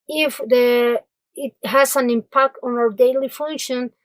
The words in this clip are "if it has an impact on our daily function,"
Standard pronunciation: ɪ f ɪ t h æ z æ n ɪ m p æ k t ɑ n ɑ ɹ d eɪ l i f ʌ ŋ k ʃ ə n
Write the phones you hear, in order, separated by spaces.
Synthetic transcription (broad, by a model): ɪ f ɪ t h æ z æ n ɪ m p æ k t ɑ n ɑ ɹ d eɪ l i f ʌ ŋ k ʃ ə n